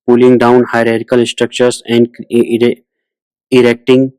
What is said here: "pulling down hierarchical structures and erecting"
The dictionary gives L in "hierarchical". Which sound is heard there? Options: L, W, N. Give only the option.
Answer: N